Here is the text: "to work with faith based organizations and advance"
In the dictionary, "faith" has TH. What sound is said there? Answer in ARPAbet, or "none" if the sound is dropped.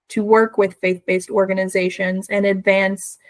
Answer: TH